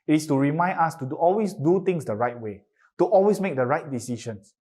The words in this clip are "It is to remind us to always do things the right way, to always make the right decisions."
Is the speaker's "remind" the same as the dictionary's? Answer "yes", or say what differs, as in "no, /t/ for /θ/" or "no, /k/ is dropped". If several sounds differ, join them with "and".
no, /d/ is dropped